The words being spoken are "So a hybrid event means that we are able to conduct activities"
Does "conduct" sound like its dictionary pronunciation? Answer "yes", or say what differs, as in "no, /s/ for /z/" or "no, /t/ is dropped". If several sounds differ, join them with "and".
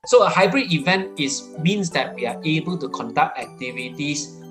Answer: yes